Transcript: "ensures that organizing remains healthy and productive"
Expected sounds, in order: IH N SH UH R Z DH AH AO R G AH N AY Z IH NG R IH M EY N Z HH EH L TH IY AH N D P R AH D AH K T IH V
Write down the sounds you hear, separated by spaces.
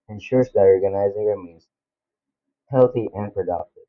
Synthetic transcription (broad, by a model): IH N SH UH R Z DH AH AO R G AH N AY Z IH NG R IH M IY Z HH EH L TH IY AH N P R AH D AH K T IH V